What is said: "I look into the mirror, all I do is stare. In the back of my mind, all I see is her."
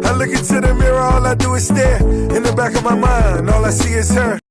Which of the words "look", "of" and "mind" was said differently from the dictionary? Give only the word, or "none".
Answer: none